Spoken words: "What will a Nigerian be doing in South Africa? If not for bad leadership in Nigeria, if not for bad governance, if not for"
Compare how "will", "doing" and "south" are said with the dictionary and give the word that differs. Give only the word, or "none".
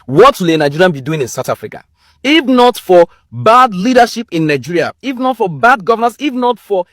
south